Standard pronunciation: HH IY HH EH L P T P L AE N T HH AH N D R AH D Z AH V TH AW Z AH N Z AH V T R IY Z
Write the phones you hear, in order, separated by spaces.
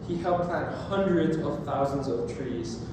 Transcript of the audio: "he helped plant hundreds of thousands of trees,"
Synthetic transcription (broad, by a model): HH IY HH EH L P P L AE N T HH AH N D R AH D Z AH V TH AW Z AH N Z AH V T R IY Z